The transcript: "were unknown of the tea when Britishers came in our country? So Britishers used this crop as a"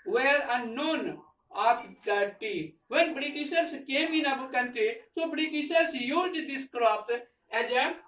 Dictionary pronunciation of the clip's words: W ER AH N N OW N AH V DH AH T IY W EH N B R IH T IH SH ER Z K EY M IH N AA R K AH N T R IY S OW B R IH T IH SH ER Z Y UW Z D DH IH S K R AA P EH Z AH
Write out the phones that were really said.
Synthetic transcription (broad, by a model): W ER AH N N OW N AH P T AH T IY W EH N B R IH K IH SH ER S K EY M IH N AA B K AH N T IY S OW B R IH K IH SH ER S Y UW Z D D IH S K R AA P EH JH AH